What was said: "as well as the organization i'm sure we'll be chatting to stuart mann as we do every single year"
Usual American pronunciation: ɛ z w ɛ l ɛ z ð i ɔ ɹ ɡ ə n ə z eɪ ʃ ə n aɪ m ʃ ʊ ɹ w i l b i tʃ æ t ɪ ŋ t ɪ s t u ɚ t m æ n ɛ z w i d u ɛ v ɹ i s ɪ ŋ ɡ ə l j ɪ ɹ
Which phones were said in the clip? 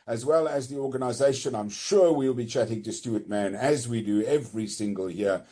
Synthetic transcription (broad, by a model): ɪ z w ɛ l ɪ z ð i ɔ ɹ ɡ ə n ə z eɪ ʃ ə n aɪ m ʃ ʊ ɹ w i l b i tʃ æ t ɪ ŋ t ɪ s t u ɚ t m æ n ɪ z w i d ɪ ɛ v ɹ i s ɪ ŋ ɡ ə l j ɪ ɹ